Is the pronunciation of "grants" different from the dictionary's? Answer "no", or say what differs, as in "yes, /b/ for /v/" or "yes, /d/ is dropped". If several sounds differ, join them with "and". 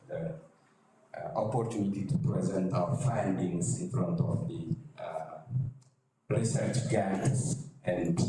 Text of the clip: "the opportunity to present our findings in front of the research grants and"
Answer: yes, /ɹ/ is dropped